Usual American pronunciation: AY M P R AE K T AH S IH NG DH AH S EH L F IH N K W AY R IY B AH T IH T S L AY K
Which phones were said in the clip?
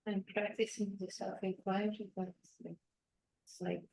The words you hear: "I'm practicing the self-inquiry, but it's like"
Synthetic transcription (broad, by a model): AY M P R AE K T AH S IH NG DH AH S EH L F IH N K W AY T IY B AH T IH S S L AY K